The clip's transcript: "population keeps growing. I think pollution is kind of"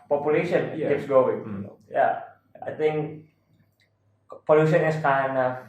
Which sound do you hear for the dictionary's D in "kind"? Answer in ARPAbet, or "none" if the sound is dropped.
none